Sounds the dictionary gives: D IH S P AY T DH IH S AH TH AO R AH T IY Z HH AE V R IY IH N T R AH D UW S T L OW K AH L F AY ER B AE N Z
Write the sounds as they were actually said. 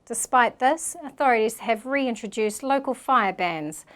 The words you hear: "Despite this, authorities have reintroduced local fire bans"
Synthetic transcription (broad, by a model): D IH S P AY T DH IH S AH TH AO R AH T IY Z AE V R IY IH N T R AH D UW S T L OW K AH L F AY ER B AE N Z